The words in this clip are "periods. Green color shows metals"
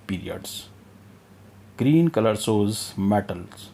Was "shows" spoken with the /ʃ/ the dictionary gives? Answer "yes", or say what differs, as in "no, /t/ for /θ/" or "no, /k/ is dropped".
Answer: no, /s/ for /ʃ/